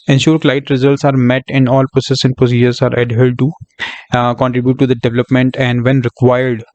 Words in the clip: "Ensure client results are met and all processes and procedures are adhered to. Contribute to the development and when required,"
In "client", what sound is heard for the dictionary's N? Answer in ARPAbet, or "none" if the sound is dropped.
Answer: none